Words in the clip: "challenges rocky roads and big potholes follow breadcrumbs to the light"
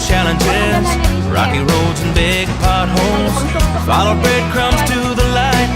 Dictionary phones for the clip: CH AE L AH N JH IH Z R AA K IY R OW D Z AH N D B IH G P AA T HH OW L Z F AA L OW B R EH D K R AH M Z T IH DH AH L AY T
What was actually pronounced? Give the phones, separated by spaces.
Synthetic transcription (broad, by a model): CH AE L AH N JH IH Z R AA K IY R OW D Z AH N B IH G P AA T HH OW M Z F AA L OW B R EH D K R AH M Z T IH DH AH L AY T